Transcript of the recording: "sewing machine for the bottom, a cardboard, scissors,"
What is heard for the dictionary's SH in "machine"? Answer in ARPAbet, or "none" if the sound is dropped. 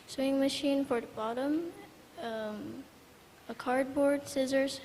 SH